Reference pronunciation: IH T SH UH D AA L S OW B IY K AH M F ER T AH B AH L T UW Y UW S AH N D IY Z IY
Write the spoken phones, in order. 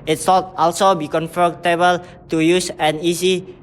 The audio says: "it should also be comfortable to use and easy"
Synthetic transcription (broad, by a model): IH T S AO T AA L S OW B IY K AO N F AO T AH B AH L T UW Y UW S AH N IY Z IY